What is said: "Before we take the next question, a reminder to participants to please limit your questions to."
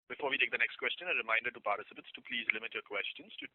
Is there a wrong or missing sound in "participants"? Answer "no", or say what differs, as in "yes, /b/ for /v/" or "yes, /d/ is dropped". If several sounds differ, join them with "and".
yes, /n/ is dropped